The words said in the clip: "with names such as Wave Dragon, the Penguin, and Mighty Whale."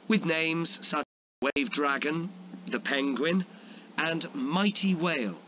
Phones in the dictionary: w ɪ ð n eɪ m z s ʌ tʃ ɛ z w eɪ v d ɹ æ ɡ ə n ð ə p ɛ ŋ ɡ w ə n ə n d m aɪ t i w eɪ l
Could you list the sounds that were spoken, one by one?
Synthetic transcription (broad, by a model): w ɪ ð n eɪ m z s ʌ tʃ w eɪ v d ɹ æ ɡ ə n ð ə p ɛ ŋ ɡ w ə n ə n m aɪ t i w eɪ l